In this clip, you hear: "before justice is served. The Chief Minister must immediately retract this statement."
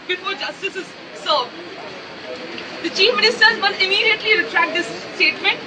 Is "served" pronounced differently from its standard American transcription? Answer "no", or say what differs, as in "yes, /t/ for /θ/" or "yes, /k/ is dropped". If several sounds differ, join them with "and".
yes, /v/ is dropped